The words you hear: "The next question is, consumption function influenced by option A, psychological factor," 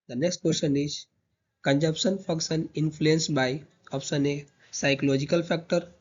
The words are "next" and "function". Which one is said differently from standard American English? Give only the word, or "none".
function